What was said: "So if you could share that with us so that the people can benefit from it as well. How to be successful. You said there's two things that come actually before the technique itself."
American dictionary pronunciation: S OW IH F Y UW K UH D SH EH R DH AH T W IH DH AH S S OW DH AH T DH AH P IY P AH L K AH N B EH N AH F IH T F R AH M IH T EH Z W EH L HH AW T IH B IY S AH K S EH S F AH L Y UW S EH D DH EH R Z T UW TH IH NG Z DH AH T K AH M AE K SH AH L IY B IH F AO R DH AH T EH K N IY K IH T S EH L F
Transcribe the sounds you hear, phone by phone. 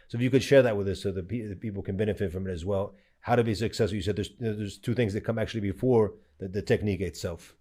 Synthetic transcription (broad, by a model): S OW IH F Y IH K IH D SH EH R DH AH T W IH DH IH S S OW DH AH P DH AH P IY P L K AH N B EH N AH F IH T F R AH M IH T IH Z W EH L HH AW T IH B IY S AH K S EH S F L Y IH S EH D DH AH R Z T UW TH IH NG Z DH AH T K AH M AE K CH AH L IY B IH F AO R DH AH T EH K N IY K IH T S EH L F